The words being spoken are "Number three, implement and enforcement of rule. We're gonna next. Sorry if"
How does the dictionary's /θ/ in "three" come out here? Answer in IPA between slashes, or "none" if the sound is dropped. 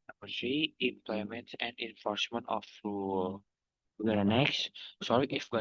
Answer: /s/